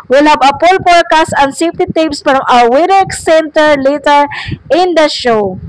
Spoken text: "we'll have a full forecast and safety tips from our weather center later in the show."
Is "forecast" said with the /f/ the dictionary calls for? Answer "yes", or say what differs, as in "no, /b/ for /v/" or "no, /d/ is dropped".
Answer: no, /p/ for /f/